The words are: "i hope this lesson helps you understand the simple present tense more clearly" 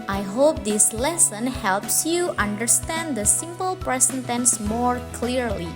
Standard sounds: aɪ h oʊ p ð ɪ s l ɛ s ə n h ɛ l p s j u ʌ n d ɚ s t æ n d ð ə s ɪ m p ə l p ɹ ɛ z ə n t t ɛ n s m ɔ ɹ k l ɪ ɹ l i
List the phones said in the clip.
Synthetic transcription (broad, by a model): aɪ h oʊ p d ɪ s l ɛ s ə n h ɛ l p s j u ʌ n d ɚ s t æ n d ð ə s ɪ m p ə l p ɹ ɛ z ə n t t ɛ n s m ɔ ɹ k l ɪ ɹ l i